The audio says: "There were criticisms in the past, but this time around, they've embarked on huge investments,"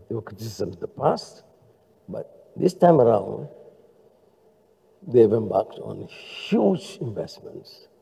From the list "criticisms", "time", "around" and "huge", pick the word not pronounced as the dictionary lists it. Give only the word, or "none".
criticisms